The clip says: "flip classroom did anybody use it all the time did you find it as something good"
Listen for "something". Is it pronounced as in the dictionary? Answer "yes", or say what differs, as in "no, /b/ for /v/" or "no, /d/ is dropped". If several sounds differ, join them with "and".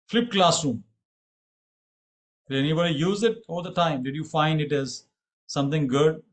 no, /t/ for /θ/